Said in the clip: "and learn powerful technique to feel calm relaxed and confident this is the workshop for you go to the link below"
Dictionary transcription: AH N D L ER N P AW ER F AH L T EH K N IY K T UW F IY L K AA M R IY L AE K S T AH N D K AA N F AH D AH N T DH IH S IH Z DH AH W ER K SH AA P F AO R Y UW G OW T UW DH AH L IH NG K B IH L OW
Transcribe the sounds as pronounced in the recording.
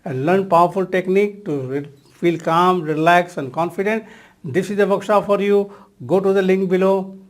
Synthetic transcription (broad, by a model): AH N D L ER N P AW ER F AH L T EH K N IY K T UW F IY L K AA M R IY L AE K S AH N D K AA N F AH D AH N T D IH S IH Z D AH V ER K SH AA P F AO R Y UW G OW T UW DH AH L IH NG K B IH L OW